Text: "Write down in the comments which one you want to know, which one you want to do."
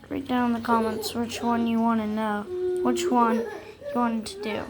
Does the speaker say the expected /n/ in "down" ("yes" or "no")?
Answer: no